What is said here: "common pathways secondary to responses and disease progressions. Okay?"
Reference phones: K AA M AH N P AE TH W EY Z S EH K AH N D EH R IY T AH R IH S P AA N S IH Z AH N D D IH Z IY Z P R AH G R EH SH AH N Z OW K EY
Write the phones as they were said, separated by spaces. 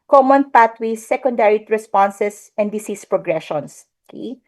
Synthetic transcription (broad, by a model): K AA M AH N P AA T W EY S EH K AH N D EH R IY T R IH S P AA N S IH S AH N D D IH S IY S P R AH G R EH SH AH N S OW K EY